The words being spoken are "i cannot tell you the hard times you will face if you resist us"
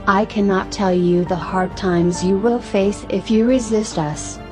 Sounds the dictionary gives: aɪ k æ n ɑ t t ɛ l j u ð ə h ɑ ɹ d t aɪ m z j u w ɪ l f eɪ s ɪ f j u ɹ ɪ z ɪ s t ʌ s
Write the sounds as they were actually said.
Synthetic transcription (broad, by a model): aɪ k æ n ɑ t t ɛ l j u ð ə h ɑ ɹ d t aɪ m z j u w ɪ l f eɪ s ɪ f j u ɹ ɪ z ɪ s t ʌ s